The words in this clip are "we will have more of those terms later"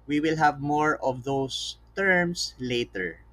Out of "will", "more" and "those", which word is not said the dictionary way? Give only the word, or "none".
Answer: those